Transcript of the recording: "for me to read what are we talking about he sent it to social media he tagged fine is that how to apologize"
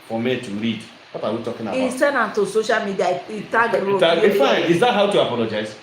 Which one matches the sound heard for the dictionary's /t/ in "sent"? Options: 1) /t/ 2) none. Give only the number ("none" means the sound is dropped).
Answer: 2